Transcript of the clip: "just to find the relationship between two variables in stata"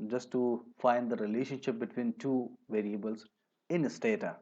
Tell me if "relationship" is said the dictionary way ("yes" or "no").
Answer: yes